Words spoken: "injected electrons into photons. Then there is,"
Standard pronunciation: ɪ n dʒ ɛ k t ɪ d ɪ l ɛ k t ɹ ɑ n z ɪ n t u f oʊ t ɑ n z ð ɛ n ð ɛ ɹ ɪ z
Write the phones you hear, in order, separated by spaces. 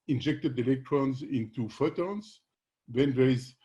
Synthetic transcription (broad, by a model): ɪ n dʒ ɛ k t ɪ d ɪ l ɛ k t ɹ ɑ n z ɪ n t u f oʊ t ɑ n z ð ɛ n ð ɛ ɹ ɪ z